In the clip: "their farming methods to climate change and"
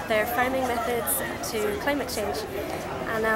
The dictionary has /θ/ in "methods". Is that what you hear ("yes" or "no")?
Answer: yes